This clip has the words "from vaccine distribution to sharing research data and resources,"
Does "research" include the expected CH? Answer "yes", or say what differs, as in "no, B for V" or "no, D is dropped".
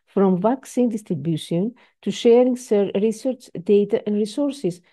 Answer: yes